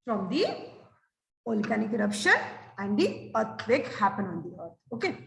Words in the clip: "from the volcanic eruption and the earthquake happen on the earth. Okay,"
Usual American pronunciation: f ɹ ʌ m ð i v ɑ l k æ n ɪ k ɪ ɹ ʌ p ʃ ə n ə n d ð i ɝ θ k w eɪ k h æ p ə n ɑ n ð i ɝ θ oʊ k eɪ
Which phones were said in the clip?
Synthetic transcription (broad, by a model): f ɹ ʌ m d i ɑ l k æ n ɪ k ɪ ɹ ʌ p ʃ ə n ə n d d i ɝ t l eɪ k h æ p ə n ɑ n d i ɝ t oʊ k eɪ